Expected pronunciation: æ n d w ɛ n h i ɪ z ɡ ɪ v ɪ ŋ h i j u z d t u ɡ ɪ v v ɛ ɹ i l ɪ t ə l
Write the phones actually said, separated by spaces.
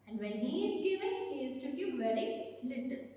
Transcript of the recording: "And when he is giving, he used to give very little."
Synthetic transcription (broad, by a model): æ n d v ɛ n h i ɪ z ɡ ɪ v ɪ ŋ h i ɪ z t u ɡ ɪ p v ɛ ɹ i l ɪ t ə